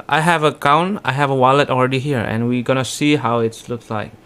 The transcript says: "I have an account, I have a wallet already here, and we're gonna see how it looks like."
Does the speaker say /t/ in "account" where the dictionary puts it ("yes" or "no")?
no